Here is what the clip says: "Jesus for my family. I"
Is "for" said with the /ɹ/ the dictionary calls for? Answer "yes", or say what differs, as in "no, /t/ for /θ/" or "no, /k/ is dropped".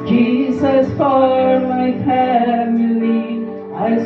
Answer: no, /l/ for /ɹ/